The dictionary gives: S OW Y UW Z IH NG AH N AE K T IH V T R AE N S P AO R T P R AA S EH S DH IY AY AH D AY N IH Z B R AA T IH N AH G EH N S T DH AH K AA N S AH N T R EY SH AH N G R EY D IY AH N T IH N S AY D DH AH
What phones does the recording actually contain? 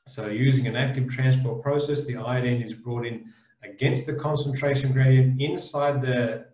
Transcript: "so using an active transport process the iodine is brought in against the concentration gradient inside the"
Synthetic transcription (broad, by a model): S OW Y UW Z IH NG AH N AE K T IH V T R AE N S P AO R T P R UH S EH S DH IY AY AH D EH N IH Z B R AA T IH N AH G EH N S T DH AH K AA N S AH N T R EY SH AH N G R EY D IY AH N T IH N S AY D DH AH